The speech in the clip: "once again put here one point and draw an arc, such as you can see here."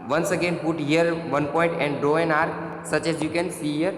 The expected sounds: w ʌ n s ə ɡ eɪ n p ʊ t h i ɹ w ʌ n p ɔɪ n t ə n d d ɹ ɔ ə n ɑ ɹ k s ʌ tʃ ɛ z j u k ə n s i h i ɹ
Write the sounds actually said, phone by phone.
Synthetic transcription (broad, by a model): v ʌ n s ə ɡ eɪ n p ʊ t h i ɹ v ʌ n p ɔɪ n t ə n d d ɔ ə n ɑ ɹ s ʌ tʃ ɛ z j u k ə n s i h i ɹ